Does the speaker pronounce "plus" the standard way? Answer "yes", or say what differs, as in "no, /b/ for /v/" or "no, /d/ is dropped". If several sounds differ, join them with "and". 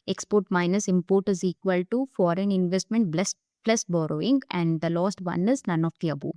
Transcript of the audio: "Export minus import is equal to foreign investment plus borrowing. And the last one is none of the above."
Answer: no, /b/ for /p/